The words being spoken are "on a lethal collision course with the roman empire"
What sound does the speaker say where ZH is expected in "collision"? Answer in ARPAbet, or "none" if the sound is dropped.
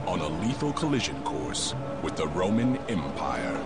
ZH